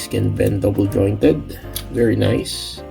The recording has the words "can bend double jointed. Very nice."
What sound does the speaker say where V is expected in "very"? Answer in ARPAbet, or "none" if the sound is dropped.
V